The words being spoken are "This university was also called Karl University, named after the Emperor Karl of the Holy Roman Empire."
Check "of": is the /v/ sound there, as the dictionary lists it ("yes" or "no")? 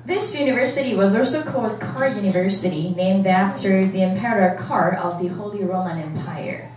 yes